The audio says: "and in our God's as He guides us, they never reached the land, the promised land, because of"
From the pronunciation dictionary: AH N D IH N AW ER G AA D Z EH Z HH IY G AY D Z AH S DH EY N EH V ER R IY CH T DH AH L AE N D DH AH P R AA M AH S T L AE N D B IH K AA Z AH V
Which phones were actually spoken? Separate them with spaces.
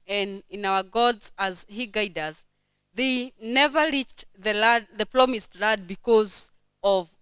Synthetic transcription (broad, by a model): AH N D IH N AW ER G AA D Z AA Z HH IY G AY D AH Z DH EY N EH V ER R IY CH T DH AH L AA D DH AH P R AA M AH S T L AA D B IH K AA Z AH V